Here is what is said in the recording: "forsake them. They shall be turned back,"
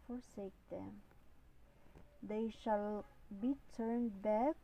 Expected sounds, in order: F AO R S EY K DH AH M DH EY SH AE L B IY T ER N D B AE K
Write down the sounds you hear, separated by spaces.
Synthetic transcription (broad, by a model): F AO R S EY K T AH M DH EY SH AE L B IY T ER N D B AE K